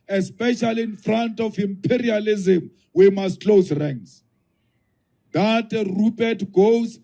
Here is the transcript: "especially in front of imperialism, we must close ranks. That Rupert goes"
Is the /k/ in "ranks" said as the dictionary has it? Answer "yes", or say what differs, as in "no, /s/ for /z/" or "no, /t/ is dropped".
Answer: no, /k/ is dropped